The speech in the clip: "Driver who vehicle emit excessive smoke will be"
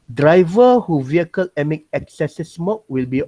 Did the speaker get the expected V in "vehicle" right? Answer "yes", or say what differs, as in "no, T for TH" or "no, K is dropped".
yes